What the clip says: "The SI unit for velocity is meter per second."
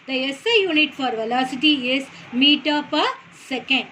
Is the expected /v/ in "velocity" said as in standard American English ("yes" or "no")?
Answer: yes